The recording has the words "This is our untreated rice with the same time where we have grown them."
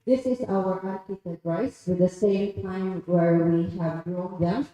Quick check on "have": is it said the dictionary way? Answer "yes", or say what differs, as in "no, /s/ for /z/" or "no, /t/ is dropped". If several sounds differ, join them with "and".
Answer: yes